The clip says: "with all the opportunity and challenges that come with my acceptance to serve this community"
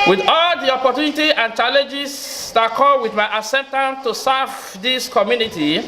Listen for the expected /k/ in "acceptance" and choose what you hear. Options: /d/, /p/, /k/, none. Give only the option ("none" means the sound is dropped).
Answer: none